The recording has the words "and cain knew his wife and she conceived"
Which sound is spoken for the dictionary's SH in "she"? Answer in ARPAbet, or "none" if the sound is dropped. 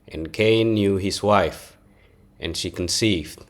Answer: SH